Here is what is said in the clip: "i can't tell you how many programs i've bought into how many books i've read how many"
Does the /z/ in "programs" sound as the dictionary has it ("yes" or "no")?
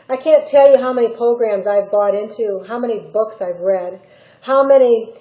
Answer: yes